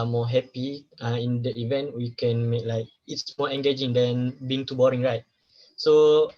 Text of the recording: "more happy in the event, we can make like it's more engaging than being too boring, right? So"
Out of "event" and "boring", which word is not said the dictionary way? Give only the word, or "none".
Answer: none